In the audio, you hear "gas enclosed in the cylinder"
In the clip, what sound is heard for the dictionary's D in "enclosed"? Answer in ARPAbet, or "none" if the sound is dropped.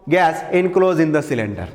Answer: none